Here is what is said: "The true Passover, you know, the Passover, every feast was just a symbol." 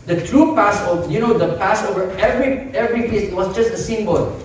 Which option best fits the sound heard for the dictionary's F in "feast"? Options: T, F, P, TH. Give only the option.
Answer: P